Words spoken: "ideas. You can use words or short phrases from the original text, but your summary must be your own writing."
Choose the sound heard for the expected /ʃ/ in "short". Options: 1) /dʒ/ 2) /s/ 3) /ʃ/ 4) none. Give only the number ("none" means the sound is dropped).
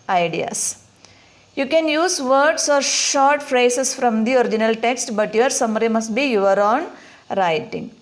3